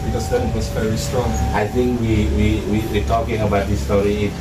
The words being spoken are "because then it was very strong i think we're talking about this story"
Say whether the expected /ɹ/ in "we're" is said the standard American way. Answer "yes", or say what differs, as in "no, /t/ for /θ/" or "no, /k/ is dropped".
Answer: no, /w/ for /ɹ/